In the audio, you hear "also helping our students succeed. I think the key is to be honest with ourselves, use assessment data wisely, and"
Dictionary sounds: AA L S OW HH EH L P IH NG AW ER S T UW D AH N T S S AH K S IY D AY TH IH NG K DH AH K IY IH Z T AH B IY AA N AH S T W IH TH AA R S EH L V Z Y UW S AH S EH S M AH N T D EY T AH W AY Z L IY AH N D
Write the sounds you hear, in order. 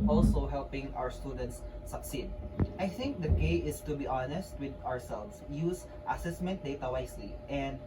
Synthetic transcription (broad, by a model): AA L S OW HH EH L P IH NG AW ER S T UW D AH N T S S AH K S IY D AY TH IH NG K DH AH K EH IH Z T AH B IY AA N AH S T W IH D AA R S EH L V S Y UW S AH S EH S M AH N T D EY T AH W AY S L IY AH N D